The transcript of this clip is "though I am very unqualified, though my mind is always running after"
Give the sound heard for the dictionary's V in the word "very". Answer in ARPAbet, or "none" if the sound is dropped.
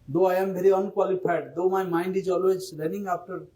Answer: B